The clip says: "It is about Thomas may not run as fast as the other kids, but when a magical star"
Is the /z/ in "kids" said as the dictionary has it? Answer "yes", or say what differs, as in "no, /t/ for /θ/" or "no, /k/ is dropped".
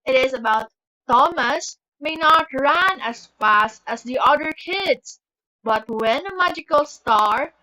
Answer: no, /s/ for /z/